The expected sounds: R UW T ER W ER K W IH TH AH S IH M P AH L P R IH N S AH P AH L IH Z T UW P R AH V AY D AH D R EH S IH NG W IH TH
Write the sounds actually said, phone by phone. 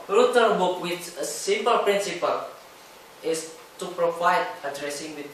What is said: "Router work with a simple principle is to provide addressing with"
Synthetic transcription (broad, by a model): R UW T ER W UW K W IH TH AH S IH M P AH L P R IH N S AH P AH L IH S T UW P R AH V AY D AH D R EH S IH NG W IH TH